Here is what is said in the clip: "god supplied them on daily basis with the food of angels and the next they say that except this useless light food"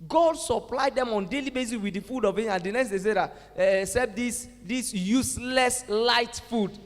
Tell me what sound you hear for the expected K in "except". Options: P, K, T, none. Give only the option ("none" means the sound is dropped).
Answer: none